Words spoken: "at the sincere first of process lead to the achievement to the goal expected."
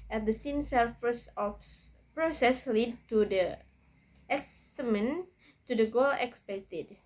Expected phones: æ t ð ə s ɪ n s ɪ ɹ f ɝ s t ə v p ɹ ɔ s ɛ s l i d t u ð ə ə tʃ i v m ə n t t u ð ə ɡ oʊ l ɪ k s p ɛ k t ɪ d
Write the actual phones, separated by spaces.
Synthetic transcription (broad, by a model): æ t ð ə s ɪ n s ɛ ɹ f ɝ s ə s p ɹ ɔ s ɛ s l i d t u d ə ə s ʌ m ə n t t u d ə ɡ oʊ l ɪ k s p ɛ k t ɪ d